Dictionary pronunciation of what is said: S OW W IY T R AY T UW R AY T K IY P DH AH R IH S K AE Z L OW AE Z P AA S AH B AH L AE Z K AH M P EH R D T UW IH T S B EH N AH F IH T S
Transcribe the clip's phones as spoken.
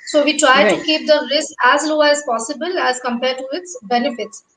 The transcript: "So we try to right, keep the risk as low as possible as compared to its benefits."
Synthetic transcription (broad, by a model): S OW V IY T R AY T UW K IY P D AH L IH S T AE Z L OW AE Z P AA S AH B AH L AE Z K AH M P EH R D T UW IH T S B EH N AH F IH T S